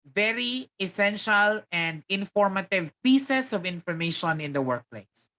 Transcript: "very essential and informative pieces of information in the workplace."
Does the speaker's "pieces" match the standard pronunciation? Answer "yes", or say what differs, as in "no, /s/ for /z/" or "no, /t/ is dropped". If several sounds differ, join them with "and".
no, /s/ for /z/